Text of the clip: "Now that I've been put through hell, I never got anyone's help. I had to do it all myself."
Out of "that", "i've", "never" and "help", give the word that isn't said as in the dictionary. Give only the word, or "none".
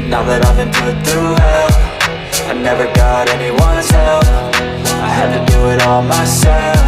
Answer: help